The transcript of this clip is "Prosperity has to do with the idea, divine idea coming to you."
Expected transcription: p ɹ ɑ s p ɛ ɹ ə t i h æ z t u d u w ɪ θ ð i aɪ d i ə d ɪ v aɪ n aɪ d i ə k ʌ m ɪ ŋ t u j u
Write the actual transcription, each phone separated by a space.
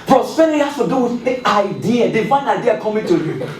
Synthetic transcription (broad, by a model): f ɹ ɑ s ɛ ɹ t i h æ s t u d u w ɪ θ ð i aɪ d i ə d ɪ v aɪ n aɪ d i ə k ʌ m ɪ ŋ t u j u